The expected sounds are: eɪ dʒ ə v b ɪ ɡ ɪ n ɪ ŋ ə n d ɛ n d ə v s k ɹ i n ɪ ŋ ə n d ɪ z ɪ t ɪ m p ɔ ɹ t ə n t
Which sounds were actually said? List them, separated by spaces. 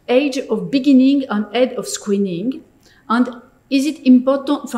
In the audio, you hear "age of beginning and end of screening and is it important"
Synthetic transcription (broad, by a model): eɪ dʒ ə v b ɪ ɡ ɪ n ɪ ŋ ə n d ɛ d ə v s k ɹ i n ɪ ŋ ə n d ɪ z ɪ t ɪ m p ɔ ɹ t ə n t